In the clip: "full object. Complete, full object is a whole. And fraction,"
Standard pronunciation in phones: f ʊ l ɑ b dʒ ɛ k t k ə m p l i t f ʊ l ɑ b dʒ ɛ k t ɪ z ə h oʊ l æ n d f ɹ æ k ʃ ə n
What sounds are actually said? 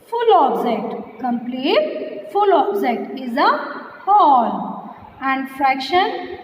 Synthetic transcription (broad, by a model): f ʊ l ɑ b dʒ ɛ k t k ə m p l i t f ʊ l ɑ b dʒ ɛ k t ɪ z ə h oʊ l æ n d f ɹ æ k ʃ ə n